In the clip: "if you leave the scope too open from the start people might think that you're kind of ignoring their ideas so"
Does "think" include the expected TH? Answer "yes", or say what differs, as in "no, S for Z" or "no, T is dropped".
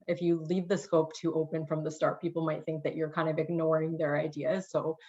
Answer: yes